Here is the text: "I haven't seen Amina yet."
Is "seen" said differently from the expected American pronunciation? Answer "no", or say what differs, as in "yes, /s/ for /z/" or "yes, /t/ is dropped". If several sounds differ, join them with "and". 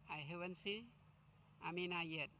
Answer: yes, /n/ is dropped